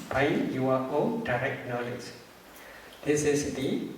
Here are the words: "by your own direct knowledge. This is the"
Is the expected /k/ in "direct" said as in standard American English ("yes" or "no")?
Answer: yes